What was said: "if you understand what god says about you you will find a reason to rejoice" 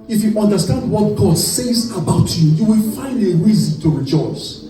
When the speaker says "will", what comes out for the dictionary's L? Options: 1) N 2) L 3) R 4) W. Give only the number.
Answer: 2